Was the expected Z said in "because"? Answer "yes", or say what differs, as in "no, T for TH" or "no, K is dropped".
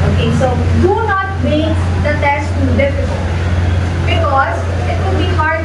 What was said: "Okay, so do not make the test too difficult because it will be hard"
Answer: yes